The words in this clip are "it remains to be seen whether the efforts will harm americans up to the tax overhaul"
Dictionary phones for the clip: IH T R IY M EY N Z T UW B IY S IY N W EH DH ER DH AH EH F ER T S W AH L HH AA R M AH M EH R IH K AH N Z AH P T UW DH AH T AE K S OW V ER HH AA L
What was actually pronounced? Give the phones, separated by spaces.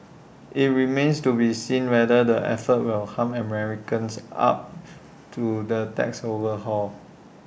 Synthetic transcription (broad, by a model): IH T R IY M EY N S T UW B IY S IY N W EH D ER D AH EH F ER T W AH L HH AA M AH M EH R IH K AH N S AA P T UW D AH T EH K S OW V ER HH AA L